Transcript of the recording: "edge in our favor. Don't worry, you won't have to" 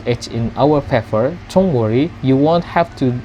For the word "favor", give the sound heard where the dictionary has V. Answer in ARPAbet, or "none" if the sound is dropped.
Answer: F